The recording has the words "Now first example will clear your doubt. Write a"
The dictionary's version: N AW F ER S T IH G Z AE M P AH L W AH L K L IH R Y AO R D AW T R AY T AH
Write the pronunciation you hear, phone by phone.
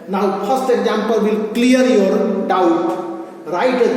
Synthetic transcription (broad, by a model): N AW P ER S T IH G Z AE M P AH L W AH L K L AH R Y AO R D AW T R AY T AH